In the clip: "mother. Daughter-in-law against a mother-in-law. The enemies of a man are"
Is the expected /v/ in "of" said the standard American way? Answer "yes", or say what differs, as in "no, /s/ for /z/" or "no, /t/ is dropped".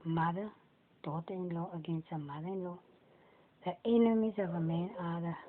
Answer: no, /b/ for /v/